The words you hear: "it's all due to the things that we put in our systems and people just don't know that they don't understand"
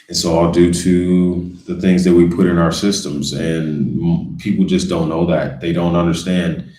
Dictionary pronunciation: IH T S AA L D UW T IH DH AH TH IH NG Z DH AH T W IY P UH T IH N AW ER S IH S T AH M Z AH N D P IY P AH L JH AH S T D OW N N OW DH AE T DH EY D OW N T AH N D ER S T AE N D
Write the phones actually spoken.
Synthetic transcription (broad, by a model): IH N S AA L D UW T IH DH AH TH IH NG Z DH AH T W IY P UH T IH N AW ER S IH S T AH M Z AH N P IY P L JH AH S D OW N N OW DH AE T DH EY D OW N T AH N D ER S T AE N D